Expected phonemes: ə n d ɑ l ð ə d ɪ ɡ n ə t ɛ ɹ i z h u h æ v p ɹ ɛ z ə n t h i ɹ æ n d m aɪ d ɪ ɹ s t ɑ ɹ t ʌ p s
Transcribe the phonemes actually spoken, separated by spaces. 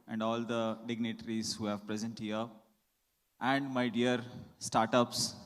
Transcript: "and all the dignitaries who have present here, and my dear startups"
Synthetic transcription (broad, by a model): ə n d ɑ l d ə d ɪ ɡ n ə t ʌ ɹ i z h u h æ v p ɹ ɛ z ə n t h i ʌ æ n d m aɪ d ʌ ɹ s t ɑ ɹ t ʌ p s